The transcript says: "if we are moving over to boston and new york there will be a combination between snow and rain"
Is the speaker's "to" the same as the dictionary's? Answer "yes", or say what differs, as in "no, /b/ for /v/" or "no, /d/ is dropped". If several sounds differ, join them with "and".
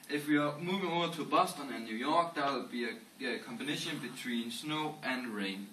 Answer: no, /s/ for /t/